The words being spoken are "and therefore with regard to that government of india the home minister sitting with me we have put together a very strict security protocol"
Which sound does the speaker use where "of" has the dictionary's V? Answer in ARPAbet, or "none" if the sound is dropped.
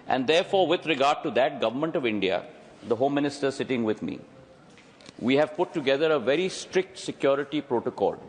V